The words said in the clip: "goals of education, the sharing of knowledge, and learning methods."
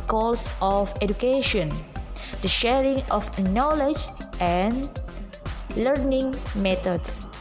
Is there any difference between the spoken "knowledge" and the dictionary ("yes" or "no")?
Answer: no